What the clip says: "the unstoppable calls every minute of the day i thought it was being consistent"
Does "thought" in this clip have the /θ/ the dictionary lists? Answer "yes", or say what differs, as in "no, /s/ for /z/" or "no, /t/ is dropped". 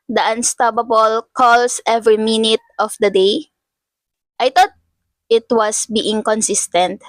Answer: no, /t/ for /θ/